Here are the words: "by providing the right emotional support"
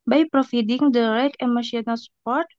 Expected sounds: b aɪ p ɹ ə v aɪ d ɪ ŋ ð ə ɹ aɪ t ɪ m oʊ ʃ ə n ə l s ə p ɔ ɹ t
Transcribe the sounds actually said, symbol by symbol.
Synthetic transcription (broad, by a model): b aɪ p ɹ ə f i d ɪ ŋ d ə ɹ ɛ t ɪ m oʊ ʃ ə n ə l s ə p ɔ ɹ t